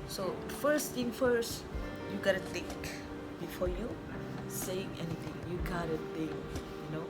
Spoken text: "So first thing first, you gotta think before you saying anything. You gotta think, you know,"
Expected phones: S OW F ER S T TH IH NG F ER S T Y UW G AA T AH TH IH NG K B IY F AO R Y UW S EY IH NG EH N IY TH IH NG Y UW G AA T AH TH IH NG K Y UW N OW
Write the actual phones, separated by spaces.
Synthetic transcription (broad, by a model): S OW F ER S T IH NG F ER S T Y UW G AA T AH T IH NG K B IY F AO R Y UW S EY IH NG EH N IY T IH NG Y UW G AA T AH T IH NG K Y UW N OW